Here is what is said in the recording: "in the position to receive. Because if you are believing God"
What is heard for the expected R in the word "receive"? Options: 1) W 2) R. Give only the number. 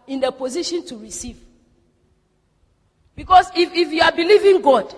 2